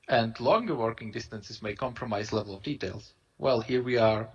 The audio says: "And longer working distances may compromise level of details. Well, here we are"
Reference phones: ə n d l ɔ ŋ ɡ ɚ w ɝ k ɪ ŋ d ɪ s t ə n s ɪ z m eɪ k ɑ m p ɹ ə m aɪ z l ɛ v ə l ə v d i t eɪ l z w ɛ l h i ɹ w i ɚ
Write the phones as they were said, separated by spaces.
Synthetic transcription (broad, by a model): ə n d l ɔ ŋ ɡ ɚ w ɝ k ɪ ŋ d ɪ s t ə n s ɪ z m eɪ k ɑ m p ɹ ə m aɪ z l ɛ v ə l ə v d i t eɪ l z w ɛ l h i ɹ w i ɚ